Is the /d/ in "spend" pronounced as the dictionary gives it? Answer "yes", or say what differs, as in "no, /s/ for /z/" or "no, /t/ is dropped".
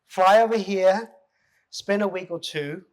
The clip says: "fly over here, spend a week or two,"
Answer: no, /d/ is dropped